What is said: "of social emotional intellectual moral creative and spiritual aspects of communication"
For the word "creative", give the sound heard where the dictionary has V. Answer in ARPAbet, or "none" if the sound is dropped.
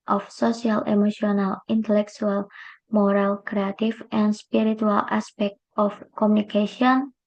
F